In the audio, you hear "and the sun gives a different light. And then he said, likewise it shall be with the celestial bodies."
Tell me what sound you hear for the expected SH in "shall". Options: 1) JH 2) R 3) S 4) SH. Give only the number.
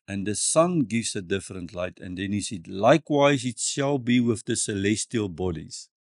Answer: 4